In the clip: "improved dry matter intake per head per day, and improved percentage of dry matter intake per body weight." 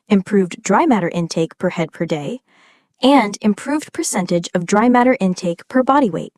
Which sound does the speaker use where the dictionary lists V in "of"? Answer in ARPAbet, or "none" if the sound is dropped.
V